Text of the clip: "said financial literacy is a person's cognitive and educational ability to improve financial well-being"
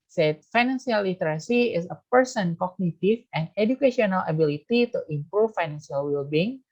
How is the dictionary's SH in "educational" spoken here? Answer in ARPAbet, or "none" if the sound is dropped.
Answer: none